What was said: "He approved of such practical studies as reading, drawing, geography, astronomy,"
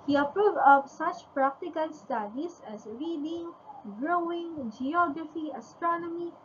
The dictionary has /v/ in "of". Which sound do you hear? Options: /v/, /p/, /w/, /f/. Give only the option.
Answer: /p/